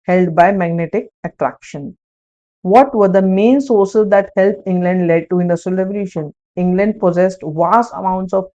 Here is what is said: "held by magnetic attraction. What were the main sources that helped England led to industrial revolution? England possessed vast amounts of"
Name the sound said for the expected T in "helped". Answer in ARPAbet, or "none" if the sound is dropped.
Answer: none